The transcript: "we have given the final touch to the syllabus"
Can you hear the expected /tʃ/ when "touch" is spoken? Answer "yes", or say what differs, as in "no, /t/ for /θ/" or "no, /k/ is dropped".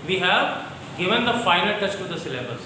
yes